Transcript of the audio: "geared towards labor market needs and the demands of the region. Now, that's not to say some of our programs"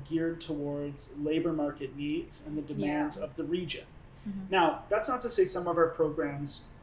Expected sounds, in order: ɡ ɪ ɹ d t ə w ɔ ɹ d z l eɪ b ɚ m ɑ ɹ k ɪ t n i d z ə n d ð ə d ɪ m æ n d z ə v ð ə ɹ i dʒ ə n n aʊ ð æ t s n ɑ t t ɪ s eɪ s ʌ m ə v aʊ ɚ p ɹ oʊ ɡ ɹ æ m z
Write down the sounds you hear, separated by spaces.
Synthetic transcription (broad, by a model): ɡ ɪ ɹ d t ə w ɔ ɹ d z l eɪ b ɚ m ɑ ɹ k ɪ t n i d z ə n ð ə d ɪ m æ n d z ə v ð ə ɹ i dʒ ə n n aʊ ð æ t s n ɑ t t ɪ s eɪ s ʌ m ə v aʊ ɚ p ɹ oʊ ɡ ɹ æ m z